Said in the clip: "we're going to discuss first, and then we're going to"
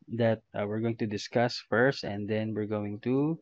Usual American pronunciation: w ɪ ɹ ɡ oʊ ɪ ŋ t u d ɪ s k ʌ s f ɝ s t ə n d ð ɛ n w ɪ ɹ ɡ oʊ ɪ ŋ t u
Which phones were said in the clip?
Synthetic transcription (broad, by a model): w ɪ ɹ ɡ oʊ ɪ ŋ t u d ɪ s k ʌ s f ɝ s t ə n d ɛ n w ɪ ɹ ɡ oʊ ɪ ŋ t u